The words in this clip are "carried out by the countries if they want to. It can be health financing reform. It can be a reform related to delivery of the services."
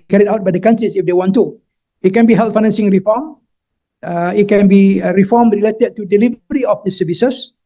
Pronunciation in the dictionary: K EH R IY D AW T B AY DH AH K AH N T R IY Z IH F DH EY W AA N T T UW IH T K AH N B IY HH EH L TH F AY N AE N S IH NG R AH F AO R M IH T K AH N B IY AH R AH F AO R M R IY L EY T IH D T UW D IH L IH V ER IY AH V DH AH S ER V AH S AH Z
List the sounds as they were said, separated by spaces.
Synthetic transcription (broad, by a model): K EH R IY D AW T B AY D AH K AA N T R IY S IH F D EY W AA N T T UW IH T K AH N B IY HH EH L T F AY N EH N S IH NG R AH F AO M IH T K AH N B IY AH R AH F AO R M R IY L EY T IH D T UW D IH L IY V ER IY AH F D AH S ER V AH S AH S